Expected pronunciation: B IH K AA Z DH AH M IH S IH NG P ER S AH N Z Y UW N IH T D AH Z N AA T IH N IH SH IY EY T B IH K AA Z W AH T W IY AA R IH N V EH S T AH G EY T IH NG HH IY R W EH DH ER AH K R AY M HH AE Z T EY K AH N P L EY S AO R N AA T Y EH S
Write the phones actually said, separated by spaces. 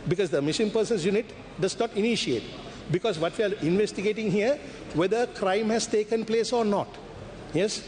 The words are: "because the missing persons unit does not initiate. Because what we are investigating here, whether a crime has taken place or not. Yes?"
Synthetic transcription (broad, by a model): B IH K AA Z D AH M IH SH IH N P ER S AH N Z Y UW N IH T D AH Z N AA T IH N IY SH IY EY T B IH K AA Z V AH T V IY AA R IH N V EH S T AH G EY T IH NG HH IY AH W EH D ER AH K R AY M HH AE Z T EY K AH N P L EY S AO R N AA T Y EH S